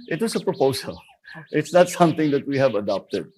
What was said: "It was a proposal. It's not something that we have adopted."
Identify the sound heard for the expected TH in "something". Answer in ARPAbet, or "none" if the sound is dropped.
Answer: T